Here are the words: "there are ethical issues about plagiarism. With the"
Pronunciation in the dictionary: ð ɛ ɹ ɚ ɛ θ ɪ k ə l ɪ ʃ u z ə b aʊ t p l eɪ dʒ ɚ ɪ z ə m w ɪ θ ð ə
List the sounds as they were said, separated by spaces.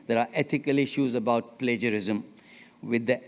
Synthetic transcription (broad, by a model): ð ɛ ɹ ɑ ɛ t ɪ k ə l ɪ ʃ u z ə b aʊ t p l eɪ dʒ ɚ ɪ z ə m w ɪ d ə